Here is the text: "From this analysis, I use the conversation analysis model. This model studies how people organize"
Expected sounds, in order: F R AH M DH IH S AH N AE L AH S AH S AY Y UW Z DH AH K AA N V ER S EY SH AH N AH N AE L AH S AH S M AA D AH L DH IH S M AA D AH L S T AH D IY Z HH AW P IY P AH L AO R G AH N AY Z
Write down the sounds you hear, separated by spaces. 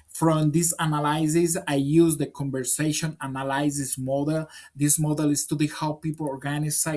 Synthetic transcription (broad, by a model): F R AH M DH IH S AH N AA L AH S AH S AY Y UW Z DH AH K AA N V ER S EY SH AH N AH N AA L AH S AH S M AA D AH L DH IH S M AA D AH L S T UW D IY HH AW P IY P AH L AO R G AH N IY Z